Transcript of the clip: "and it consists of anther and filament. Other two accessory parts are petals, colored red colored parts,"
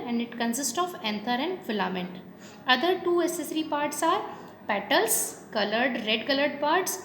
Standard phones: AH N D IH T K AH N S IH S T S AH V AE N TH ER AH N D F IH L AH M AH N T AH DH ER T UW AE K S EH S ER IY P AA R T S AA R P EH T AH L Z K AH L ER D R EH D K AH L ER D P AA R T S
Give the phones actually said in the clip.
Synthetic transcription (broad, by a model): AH N D IH T K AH N S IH S T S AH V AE N T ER AH N D F IH L AH M AH N T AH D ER T UW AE S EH S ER IY P AA R T S AA R P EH T AH L S K AH L ER D R EH D K AH L ER D P AA R T S